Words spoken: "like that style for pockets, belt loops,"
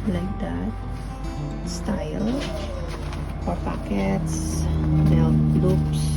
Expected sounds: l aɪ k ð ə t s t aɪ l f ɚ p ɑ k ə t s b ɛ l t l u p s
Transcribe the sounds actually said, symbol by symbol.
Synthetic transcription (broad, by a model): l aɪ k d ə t s t aɪ l p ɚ p ɑ k ə t s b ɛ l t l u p s